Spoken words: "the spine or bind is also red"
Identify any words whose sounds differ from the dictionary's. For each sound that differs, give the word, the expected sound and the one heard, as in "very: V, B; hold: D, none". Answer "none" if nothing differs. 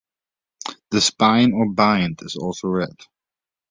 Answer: none